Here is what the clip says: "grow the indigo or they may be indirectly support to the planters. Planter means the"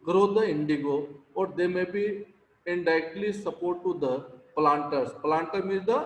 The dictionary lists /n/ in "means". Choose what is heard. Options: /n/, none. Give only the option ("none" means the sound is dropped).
none